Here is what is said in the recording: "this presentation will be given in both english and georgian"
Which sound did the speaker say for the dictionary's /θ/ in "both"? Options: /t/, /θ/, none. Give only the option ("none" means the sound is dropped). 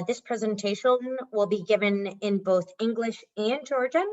/θ/